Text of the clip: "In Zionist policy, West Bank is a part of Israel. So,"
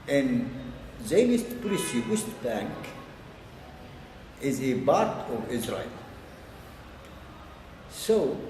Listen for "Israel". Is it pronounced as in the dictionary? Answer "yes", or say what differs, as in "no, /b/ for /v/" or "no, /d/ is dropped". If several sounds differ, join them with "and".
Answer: yes